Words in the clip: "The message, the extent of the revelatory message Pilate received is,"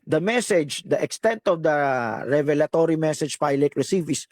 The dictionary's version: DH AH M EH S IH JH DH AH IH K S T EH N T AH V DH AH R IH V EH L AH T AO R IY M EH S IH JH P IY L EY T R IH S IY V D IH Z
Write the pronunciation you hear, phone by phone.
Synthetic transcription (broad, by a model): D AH M EH S IH JH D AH IH K S T EH N T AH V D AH R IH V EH L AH T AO R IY M EH S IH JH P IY L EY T R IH S IY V IH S